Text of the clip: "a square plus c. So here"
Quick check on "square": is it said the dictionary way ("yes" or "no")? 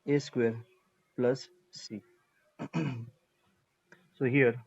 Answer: yes